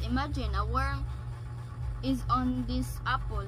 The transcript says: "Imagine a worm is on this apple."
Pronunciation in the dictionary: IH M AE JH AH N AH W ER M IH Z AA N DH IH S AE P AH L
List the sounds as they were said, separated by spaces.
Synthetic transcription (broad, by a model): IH M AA JH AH N AH W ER IH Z AA N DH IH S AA P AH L